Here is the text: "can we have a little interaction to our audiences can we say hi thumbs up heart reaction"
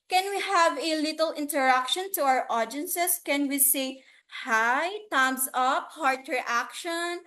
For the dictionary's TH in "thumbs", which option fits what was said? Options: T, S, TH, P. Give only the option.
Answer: T